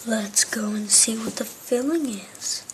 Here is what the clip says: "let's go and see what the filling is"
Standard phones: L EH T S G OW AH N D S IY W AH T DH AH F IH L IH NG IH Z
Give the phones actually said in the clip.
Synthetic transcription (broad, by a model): L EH T S G OW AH N S IY W AH T DH AH F IH L IH NG IH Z